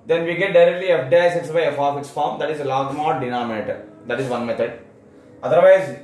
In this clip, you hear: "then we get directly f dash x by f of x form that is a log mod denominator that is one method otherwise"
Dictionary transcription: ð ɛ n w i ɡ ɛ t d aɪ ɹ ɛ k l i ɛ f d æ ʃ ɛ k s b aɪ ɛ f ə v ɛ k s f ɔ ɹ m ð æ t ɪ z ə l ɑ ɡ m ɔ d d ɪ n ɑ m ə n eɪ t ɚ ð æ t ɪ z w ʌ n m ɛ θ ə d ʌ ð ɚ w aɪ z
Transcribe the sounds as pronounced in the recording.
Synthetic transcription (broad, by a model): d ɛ n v i ɡ ɛ t d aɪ ɹ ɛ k l i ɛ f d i s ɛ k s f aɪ ɛ f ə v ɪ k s f ɔ ɹ m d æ t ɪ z ə l ɑ ɡ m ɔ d d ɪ n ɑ m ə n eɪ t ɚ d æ t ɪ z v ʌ n m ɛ t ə d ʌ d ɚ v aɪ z